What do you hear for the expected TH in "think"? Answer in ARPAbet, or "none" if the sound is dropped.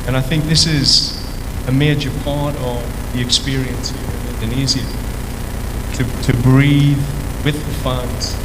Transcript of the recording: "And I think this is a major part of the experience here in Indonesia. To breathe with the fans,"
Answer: TH